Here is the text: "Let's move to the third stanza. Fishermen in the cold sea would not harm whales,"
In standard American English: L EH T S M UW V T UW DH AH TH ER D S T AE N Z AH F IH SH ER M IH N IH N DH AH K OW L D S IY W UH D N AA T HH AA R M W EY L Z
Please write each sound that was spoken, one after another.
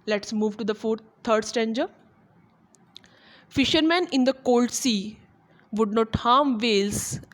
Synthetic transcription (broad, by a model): L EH T S M UW V T UW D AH F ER D S T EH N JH AH F IH SH ER M IH N IH N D AH K OW L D S IY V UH D N AA T HH AA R M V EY L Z